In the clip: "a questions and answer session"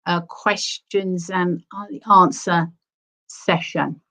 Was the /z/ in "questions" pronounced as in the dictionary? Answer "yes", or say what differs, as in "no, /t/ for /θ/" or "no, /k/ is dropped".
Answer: yes